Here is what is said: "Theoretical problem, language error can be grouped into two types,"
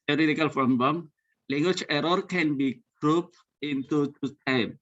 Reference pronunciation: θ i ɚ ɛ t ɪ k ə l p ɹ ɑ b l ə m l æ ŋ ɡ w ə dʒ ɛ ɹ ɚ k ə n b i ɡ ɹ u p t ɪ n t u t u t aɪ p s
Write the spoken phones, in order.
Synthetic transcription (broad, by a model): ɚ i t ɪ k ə l f ɹ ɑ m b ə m l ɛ ŋ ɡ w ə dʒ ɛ ɹ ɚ k ə n b i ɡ ɹ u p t ɪ n t u t u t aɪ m